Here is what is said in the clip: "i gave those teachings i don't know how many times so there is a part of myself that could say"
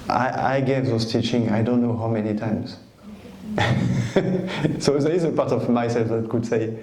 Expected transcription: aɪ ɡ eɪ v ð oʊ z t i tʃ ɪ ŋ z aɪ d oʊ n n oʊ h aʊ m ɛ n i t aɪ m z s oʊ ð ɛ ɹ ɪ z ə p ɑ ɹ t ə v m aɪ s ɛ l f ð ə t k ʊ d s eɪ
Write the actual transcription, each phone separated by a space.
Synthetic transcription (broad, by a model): aɪ ɡ eɪ v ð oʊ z t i tʃ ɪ ŋ aɪ d oʊ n n oʊ h aʊ m ɛ n i t aɪ m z s oʊ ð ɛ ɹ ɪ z ə p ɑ t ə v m aɪ s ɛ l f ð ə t k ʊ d s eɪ